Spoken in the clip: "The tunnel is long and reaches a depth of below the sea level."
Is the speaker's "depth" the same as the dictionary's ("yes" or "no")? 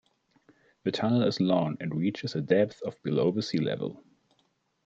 yes